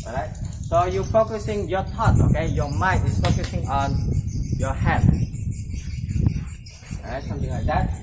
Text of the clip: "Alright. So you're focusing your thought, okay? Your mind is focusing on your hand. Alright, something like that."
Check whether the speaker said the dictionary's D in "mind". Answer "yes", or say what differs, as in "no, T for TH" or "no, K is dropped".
no, D is dropped